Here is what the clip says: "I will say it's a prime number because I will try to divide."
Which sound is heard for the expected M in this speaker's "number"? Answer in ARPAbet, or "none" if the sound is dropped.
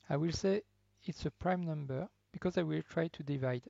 M